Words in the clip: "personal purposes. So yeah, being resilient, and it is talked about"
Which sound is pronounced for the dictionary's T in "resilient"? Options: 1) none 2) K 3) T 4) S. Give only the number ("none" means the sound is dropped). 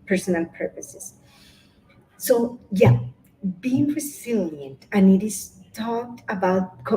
3